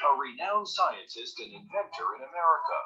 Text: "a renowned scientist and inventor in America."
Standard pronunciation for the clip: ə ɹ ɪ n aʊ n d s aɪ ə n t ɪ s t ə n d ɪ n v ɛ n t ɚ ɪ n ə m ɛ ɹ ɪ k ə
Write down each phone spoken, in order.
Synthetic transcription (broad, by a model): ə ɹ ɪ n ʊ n s aɪ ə n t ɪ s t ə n ɪ n v ɛ n t ɚ ɪ n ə m ɛ ɹ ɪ k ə